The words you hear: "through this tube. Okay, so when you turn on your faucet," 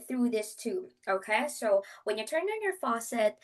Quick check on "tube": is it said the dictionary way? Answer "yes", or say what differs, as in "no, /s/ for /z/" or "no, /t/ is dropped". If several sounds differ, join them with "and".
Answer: no, /b/ is dropped